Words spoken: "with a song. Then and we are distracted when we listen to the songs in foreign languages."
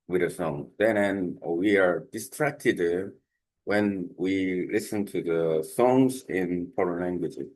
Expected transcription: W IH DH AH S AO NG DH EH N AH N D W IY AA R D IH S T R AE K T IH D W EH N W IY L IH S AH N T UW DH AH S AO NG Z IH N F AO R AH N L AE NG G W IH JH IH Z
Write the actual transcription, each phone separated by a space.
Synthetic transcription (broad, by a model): W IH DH AH S AO NG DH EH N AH N W IY AA R D IH S T R AE K T IH D W EH N W IY L IH S AH N T UW DH AH S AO NG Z IH N P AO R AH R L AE NG G W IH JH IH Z